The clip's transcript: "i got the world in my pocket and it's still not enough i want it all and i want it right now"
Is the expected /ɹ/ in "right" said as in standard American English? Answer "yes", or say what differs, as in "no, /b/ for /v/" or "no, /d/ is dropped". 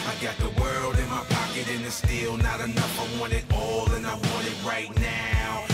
yes